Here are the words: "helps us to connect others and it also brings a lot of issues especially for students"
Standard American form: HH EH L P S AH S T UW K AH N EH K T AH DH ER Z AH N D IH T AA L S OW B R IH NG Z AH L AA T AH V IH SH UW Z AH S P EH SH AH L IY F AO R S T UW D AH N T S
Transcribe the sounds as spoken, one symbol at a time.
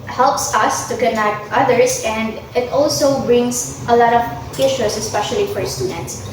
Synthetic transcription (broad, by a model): HH EH L P S AH S T UW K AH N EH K T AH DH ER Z AH N D IH T AA L S OW B R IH NG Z AH L AA T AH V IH SH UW S AH S P EH SH AH L IY F AO R S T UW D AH N T S